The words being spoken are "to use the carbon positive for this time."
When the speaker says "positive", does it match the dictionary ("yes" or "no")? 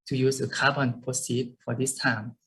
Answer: no